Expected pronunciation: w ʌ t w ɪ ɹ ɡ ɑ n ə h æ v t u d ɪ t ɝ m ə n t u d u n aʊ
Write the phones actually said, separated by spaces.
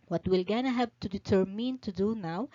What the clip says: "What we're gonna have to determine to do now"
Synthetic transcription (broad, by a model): w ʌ t w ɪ l ɡ ɑ n ə h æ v t u d ɪ t ɝ m ə n t u d u n aʊ